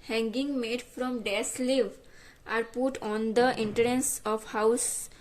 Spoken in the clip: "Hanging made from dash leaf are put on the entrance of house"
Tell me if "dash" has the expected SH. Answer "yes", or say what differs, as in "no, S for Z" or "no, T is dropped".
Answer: no, S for SH